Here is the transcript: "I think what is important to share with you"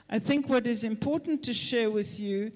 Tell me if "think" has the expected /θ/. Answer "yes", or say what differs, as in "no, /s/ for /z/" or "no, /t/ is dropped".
yes